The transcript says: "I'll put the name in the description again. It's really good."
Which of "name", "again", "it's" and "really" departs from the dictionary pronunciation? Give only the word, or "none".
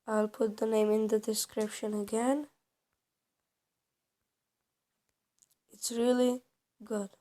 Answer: none